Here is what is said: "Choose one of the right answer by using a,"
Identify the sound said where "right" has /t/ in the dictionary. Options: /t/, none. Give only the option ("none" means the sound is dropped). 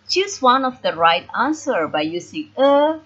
/t/